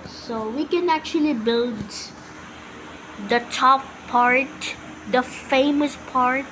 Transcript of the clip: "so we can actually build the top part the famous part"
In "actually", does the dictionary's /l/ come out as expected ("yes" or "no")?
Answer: yes